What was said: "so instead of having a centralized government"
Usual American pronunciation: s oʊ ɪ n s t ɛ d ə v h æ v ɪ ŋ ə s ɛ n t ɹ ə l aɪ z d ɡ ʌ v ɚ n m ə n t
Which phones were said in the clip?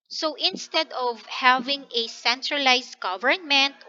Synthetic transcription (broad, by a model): s oʊ ɪ n s t ɛ d ə v h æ v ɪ ŋ ə s ɛ n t ɹ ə l aɪ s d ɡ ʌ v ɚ n m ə n t